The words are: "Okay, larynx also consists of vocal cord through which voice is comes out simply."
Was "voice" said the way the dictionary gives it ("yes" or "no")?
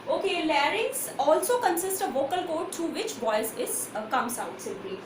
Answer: no